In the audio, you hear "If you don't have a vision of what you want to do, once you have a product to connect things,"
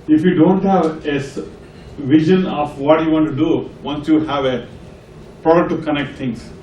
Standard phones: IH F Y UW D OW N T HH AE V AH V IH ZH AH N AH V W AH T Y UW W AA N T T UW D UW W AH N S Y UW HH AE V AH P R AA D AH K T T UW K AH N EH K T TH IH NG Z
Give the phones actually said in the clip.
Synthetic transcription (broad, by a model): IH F Y UW D OW N T HH AE V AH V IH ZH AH N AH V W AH T Y UW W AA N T T UW D UW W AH N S Y UW HH AE V AH P R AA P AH T T UW K AH N EH K T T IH NG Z